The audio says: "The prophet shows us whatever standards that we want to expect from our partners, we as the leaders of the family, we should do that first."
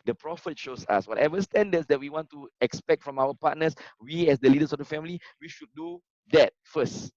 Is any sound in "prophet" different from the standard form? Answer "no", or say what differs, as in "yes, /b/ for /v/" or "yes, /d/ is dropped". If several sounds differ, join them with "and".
no